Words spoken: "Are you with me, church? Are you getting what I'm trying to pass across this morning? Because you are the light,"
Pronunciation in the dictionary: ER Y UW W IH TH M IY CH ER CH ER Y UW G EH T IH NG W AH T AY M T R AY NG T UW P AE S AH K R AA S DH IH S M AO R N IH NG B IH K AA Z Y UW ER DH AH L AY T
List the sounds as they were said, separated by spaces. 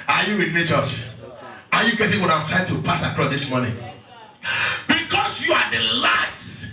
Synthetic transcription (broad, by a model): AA Y UW W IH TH M IY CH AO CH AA Y UW G EH T IH NG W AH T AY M T R AY NG T UW P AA S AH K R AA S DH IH S M AO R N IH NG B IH K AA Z Y UW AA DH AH L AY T